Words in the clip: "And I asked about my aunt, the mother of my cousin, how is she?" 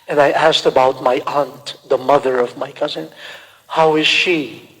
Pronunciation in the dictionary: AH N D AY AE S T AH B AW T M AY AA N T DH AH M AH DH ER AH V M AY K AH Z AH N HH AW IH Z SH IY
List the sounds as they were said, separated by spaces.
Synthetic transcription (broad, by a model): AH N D AY AE S T AH B AW T M AY AA N T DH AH M AH DH ER AH V M AY K AH Z AH N HH AW IH Z SH IY